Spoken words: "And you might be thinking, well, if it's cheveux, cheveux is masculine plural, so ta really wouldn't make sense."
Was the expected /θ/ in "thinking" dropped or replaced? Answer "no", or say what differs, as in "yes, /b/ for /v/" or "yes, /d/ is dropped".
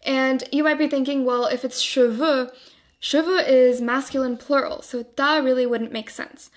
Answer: no